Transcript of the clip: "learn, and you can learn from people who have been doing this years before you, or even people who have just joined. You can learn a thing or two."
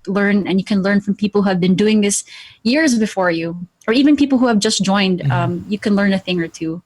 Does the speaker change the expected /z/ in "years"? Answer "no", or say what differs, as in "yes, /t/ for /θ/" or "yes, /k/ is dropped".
no